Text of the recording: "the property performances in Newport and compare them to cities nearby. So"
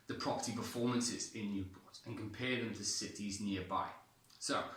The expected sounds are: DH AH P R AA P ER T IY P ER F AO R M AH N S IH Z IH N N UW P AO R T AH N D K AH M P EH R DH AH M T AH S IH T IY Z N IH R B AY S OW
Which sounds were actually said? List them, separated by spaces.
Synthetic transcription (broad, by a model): DH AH P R AA P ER T IY P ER F AO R M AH N S IH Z IH N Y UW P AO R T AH N K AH M P EH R DH AH M T AH S IH T IY Z N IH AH B AY S OW